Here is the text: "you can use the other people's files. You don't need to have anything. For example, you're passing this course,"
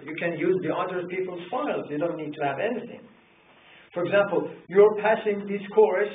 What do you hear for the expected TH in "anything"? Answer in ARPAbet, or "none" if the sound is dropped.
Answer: TH